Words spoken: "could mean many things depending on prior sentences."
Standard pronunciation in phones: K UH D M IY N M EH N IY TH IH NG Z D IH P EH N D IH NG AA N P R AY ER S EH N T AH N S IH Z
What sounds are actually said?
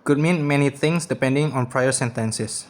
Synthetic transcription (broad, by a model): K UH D M IY N M EH N IY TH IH NG S D IH P EH N D IH NG AA N P R AY ER S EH N T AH N S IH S